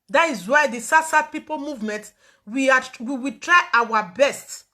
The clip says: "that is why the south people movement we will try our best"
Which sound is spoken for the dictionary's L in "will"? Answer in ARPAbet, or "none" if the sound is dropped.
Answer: W